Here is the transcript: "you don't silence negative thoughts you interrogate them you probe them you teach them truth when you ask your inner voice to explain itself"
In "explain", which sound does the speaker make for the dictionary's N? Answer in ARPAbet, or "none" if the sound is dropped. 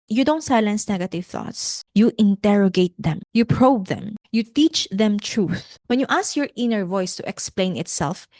N